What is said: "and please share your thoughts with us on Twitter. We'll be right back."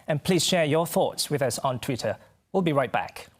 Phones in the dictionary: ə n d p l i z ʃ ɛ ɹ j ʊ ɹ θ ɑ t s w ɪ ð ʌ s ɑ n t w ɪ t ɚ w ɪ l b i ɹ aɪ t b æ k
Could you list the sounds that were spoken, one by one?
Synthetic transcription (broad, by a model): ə n p l i z ʃ ɛ ɹ j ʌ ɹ θ ɑ t s w ɪ ð ʌ s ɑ n t w ɪ t ɚ w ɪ l b i ɹ aɪ t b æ k